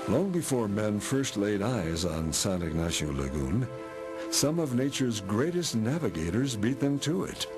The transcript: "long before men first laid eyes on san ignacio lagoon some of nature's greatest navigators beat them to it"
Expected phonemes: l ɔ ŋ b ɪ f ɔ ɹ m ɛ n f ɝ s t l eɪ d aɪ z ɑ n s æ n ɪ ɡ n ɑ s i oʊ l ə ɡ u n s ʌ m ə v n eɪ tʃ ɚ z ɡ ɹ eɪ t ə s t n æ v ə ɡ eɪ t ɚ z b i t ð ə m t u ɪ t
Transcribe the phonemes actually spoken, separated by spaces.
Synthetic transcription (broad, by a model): l ɔ ŋ b ɪ f ɔ ɹ m ɛ n f ɝ s t l eɪ d aɪ z n s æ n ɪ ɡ n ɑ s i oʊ l ə ɡ u n s ʌ m ə v n eɪ tʃ ɚ z ɡ ɹ eɪ t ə s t n æ v ə ɡ eɪ t ɚ z b i t ð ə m t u ɪ t